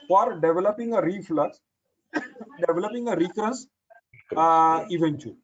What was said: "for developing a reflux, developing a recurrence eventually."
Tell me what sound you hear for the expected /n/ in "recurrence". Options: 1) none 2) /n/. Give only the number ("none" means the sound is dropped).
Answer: 1